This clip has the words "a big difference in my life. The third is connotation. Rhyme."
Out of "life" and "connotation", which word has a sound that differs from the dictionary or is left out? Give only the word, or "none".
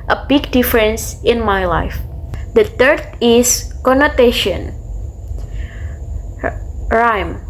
none